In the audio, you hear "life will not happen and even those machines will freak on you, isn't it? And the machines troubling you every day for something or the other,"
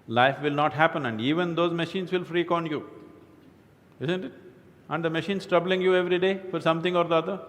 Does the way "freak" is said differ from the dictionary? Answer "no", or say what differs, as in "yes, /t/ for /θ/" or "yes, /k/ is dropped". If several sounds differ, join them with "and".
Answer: no